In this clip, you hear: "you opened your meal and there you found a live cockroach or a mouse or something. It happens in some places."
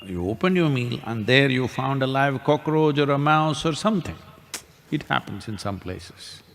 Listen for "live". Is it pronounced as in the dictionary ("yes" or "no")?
yes